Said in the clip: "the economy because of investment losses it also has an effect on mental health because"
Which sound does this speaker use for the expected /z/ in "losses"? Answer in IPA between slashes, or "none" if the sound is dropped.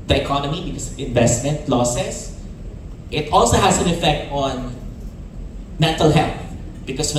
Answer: /s/